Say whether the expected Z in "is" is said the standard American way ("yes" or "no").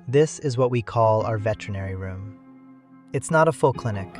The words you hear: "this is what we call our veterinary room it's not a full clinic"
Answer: yes